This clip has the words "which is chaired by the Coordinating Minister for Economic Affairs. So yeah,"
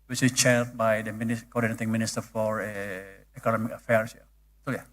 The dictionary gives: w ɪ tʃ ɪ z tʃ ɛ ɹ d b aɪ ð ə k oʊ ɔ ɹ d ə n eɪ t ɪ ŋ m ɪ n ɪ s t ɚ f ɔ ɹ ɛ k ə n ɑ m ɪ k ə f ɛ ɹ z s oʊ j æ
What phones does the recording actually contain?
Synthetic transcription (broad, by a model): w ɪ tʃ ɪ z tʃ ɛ l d b aɪ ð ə k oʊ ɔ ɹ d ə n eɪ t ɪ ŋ m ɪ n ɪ s t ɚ f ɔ ɹ ɛ k ə n ɑ m ɪ k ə f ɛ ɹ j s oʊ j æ